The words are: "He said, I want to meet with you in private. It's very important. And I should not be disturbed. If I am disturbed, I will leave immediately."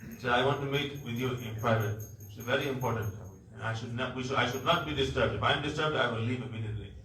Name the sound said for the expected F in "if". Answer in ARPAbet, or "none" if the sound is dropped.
F